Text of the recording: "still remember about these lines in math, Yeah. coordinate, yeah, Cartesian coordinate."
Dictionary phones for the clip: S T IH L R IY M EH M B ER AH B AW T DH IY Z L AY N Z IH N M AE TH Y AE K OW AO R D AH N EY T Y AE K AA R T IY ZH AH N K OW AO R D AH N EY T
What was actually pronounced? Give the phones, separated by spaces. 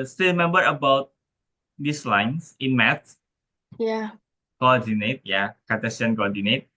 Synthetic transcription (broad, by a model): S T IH R IY M EH M B ER AH B AW T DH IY S L AY N S IH N M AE S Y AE K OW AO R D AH N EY T Y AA K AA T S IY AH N K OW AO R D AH N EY T